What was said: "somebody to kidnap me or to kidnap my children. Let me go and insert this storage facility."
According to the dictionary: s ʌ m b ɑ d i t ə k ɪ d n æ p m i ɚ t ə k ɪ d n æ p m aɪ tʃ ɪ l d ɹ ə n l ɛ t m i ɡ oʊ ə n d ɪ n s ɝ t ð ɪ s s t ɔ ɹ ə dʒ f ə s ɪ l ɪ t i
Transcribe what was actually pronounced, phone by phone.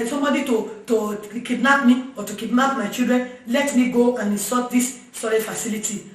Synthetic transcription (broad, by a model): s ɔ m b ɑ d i t ə k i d n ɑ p m i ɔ t ə k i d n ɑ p m aɪ tʃ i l d ɹ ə n l ɛ t m i ɡ oʊ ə n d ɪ s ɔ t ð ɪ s s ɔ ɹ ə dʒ f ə s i l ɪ t i